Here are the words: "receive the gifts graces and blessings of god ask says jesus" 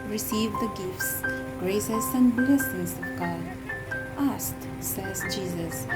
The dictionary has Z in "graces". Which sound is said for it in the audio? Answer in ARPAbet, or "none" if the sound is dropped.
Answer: S